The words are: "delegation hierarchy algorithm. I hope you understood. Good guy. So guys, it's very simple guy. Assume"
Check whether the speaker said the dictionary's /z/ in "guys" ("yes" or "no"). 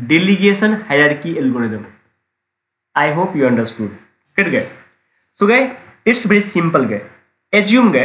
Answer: no